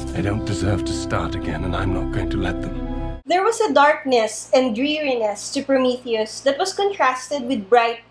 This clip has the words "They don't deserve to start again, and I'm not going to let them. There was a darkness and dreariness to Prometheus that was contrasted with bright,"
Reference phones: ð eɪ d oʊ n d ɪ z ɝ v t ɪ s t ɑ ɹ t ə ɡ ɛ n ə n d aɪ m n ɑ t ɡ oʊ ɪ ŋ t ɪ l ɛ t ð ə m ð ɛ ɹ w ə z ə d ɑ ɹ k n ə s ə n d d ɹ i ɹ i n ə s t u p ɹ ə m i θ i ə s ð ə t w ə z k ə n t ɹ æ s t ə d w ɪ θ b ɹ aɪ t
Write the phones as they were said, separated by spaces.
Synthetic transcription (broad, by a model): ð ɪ d oʊ n d ɪ z ɝ v t ɪ s t ɑ ɹ t ə ɡ ɛ n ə n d aɪ m n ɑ t ɡ oʊ ɪ ŋ t ɪ l ɛ t ð ə m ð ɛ ɹ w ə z ə d ɑ ɹ k n ə s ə n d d ɹ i ɹ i n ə s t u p ɹ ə m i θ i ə s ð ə t w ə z k ə n t ɹ æ s t ə d w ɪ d b ɹ aɪ t